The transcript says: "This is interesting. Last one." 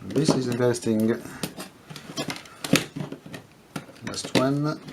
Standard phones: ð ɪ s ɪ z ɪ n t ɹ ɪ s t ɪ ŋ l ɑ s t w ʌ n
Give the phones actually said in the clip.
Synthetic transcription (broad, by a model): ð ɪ s ɪ z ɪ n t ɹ s t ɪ ŋ n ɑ s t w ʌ n